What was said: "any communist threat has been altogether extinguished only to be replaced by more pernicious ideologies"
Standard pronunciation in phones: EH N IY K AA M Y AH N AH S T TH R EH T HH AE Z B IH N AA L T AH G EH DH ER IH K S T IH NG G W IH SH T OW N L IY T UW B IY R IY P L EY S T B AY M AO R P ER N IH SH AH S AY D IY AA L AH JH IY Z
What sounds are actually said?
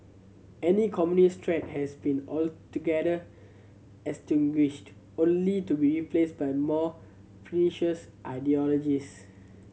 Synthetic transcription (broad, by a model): EH N IY K AA M Y AH N AH S T R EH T HH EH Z B IH N AA L T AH G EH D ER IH S T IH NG G W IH SH T OW N L IY T UW B IY R IY P L EY S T B AY M AO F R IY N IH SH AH S AY D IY AA L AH JH IY S